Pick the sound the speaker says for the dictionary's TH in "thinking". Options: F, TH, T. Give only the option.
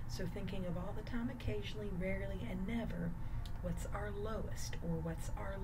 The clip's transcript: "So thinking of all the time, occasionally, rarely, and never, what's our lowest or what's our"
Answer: TH